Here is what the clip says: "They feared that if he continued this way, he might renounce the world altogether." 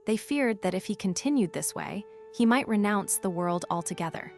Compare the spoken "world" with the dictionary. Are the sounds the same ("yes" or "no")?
yes